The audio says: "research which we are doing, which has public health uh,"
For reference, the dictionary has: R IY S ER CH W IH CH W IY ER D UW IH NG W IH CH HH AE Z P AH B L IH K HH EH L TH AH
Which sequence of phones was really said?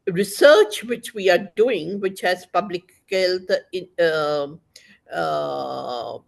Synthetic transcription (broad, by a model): R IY S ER CH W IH CH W IY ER D UW IH NG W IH CH HH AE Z P AH B L IH K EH L T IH